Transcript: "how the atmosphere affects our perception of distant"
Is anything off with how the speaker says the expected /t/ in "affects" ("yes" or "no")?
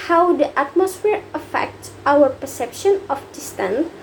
no